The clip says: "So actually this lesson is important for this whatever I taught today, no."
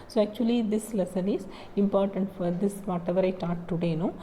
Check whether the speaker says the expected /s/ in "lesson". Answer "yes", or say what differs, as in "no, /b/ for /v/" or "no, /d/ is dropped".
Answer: yes